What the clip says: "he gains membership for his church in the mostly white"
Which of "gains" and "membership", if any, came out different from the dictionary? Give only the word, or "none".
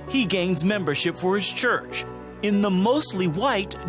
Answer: none